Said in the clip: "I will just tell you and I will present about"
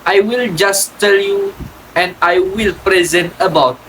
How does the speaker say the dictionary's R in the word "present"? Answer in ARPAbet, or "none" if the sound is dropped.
R